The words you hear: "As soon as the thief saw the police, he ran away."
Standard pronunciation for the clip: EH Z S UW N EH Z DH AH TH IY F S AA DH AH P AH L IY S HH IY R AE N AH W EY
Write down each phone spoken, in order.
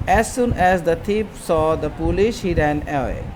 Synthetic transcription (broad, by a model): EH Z S UW N EH Z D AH T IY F S AA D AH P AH L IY SH HH IY R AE N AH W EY